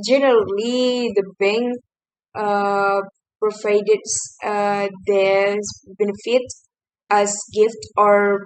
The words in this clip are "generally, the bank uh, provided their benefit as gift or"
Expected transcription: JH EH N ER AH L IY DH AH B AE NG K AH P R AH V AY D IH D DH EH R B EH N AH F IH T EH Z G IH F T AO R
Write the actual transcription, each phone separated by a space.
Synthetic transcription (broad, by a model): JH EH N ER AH L IY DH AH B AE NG AH P R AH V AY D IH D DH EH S B EH N AH F IH T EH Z G IH F T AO R